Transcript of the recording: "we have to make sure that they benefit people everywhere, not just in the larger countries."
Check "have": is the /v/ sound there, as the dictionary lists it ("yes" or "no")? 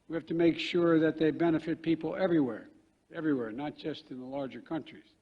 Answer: no